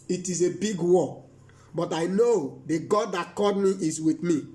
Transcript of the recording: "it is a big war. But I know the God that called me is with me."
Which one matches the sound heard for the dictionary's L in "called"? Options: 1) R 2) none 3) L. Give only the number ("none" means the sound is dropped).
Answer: 2